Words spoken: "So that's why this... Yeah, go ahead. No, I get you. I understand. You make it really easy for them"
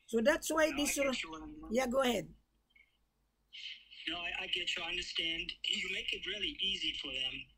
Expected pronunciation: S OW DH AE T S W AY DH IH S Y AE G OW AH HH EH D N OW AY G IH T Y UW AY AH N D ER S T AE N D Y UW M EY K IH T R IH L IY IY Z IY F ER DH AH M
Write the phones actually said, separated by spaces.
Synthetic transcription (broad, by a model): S OW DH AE T S W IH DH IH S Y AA G OW AH HH EH D N OW AY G IH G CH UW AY AH N D ER S T AE N D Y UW M EY K IH T R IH L IY IY Z IY F ER DH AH M